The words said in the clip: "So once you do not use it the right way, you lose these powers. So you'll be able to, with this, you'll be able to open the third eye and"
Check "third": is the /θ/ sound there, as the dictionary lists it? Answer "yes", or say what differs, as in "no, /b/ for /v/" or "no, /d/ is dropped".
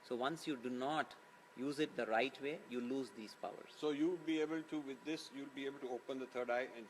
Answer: no, /t/ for /θ/